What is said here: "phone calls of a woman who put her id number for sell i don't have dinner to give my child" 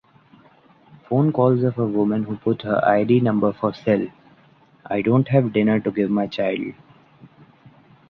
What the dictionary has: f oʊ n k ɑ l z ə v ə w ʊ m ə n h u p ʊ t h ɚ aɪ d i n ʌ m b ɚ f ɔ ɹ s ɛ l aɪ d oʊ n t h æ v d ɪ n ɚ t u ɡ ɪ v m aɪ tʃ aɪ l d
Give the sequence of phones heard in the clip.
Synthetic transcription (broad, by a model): f oʊ n k ɑ l z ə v ə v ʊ m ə n h u p ʊ t h ɚ aɪ d i n ʌ m b ɚ f ɔ ɹ s ɛ l aɪ d oʊ n t h æ v d ɪ n ɚ t u ɡ ɪ v m aɪ tʃ aɪ l d